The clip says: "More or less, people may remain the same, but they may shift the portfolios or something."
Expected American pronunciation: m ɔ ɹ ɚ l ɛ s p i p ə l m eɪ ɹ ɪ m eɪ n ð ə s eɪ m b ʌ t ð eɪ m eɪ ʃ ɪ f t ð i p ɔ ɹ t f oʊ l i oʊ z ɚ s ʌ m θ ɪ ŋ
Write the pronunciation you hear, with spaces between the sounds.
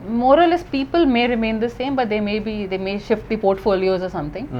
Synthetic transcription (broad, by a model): m ɔ ɹ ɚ l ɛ s p i p ə l m eɪ ɹ ɪ m eɪ n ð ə s eɪ m b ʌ t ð eɪ m eɪ ʃ ɪ f t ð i p ɔ ɹ t f oʊ l i oʊ z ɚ s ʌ m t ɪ ŋ